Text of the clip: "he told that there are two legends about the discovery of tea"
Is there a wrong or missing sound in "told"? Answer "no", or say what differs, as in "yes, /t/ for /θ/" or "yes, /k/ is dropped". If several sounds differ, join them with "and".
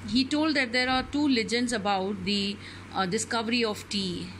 no